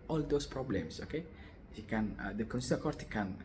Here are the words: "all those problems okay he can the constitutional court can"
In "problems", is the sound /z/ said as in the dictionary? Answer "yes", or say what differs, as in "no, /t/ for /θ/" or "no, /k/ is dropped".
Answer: no, /s/ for /z/